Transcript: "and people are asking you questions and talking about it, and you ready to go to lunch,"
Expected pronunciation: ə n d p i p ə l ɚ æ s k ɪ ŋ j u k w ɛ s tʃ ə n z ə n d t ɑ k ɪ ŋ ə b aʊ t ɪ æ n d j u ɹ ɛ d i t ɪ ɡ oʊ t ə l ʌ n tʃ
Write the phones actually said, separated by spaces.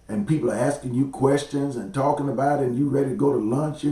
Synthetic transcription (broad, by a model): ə n p i p l ɚ æ s k ɪ ŋ j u k w ɛ s tʃ ə n z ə n t ɑ k ɪ ŋ ə b aʊ t ɪ n j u ɹ ɛ d i t ɪ ɡ oʊ t ə l ʌ n tʃ